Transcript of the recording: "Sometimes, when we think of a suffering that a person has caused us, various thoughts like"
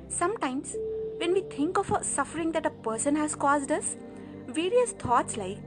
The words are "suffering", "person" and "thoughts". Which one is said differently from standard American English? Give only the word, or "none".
thoughts